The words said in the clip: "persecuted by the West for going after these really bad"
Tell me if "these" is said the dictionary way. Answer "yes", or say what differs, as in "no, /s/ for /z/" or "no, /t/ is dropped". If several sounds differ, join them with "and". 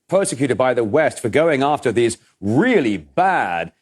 yes